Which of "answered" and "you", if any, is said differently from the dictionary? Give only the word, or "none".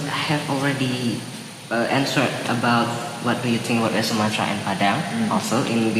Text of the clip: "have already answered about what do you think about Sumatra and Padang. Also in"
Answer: answered